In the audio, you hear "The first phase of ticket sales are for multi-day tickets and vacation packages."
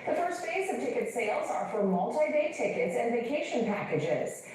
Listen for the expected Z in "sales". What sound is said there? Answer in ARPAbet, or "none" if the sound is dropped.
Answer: Z